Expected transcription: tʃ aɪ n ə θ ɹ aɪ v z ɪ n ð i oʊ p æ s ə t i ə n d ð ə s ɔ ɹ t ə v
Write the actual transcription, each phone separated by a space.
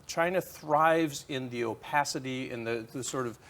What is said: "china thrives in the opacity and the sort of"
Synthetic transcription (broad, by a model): tʃ aɪ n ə θ ɹ aɪ v z ɪ n ð i oʊ p æ s ə t i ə n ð ð ə s ɔ ɹ t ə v